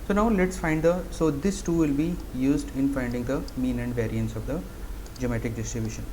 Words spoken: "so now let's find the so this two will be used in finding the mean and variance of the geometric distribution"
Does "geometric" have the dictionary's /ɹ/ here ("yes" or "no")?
no